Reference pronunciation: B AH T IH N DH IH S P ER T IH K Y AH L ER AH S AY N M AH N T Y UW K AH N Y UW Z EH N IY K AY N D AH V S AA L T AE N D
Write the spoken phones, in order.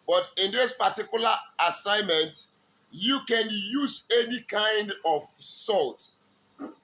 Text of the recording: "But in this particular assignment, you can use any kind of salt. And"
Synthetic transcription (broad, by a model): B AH T IH N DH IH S P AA T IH K Y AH L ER AH S AY N M AH N T Y UW K AH N Y UW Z EH N IY K AY N D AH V S AA L T